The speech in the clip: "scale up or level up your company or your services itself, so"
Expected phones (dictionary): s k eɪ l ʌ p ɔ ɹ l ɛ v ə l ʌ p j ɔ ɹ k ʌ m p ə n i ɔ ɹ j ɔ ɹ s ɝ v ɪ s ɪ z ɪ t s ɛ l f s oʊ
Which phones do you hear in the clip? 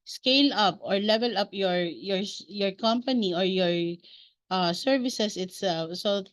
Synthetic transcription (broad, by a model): s k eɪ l ʌ p ɔ ɹ l ɛ v ə l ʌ p j ɔ ɹ k ʌ m p ə n i ɔ ɹ j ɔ ɹ s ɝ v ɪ s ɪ s ɪ t s ɛ l f s oʊ